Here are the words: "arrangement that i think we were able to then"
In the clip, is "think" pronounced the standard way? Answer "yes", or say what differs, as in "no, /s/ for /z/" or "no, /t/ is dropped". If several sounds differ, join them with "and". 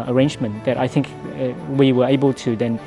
yes